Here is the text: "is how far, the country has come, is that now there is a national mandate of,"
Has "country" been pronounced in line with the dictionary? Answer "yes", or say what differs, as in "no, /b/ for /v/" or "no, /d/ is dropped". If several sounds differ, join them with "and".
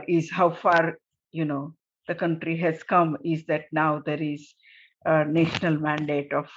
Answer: yes